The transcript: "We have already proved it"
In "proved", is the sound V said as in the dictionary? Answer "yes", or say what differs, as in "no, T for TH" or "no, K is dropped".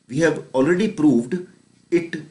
yes